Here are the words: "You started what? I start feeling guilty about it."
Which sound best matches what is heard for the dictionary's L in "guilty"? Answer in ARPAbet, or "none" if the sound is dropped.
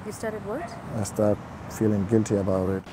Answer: L